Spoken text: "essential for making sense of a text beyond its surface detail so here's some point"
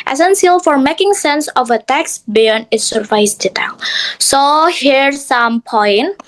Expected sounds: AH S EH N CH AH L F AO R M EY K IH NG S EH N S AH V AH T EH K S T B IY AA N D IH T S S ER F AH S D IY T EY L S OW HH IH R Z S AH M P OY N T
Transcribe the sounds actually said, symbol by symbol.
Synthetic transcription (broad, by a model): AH S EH N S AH L F AO R M EY K IH NG S EH N S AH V AH T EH K S B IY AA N IH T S S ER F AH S D IY T EY L S OW HH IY R S AH M P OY N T